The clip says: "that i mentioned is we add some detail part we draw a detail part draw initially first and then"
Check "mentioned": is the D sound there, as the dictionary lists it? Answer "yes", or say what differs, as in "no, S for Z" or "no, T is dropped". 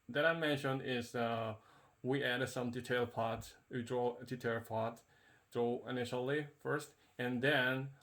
yes